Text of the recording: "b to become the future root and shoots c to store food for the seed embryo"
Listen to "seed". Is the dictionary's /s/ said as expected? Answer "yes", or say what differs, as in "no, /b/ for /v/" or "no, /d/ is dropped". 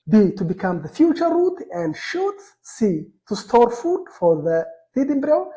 no, /θ/ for /s/